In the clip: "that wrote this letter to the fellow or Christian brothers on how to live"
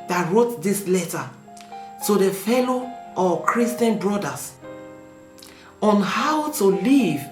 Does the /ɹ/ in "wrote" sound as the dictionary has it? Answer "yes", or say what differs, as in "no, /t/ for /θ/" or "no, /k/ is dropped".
yes